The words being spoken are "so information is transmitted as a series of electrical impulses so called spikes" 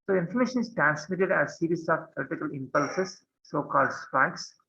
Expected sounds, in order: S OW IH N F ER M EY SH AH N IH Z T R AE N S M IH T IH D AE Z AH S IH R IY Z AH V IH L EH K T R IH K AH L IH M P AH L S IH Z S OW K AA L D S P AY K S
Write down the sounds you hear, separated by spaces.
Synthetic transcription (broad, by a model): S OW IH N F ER M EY SH AH N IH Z T R AE N S M IH T IH D AE Z S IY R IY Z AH P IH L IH T IH K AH L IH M P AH L S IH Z S OW K AA L D S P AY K S